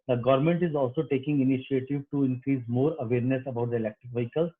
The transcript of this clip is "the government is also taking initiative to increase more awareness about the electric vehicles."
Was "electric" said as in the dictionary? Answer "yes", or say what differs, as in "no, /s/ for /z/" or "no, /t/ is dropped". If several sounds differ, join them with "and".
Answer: yes